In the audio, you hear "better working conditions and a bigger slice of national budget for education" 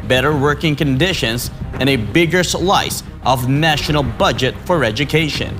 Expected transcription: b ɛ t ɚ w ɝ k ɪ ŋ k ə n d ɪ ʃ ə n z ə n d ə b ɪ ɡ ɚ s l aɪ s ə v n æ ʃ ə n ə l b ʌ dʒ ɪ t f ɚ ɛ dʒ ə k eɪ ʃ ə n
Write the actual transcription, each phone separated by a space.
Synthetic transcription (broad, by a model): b ɛ t ɚ w ɝ k ɪ ŋ k ə n d ɪ ʃ ə n z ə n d ə b ɪ ɡ ɚ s l aɪ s ə v n æ ʃ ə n l b ʌ dʒ ɪ t f ɚ ɛ dʒ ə k eɪ ʃ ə n